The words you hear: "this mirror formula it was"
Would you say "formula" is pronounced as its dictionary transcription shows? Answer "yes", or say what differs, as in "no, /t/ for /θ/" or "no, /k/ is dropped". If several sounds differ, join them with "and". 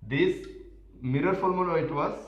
no, /l/ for /ɹ/ and /n/ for /l/